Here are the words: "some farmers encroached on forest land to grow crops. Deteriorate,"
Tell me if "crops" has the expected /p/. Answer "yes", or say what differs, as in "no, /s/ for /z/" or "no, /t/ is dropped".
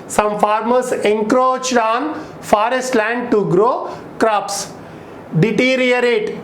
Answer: yes